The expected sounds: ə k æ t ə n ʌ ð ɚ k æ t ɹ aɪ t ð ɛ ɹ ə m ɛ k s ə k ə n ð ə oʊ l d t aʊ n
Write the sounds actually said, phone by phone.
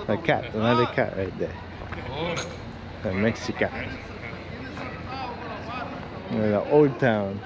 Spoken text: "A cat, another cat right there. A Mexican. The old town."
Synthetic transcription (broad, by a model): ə k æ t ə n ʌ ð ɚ k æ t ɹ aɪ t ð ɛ l ə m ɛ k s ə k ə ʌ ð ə oʊ l d t aʊ n